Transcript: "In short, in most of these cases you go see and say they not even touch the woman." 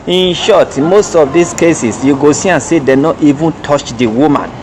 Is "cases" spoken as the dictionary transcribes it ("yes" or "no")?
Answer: no